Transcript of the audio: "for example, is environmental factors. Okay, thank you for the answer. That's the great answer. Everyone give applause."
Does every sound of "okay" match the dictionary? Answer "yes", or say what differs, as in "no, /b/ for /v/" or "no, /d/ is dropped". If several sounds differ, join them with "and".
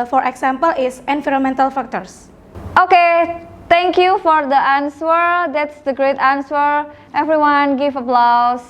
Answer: yes